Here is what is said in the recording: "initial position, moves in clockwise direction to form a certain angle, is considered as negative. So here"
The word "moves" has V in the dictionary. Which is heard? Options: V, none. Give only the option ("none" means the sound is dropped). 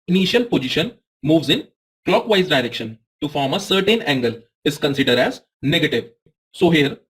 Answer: V